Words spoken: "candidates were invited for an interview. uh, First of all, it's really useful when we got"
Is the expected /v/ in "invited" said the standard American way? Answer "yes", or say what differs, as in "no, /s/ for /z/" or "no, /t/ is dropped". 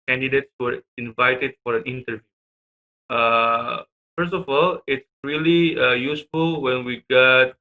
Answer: yes